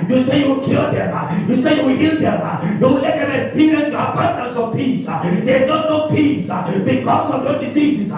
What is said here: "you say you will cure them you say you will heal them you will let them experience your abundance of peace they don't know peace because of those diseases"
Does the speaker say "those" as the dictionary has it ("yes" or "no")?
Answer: no